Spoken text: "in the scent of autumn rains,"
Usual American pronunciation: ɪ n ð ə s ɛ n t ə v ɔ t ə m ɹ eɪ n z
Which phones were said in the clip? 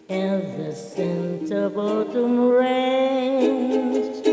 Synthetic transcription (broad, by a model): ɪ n ð ə s ɛ n t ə b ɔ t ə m ɹ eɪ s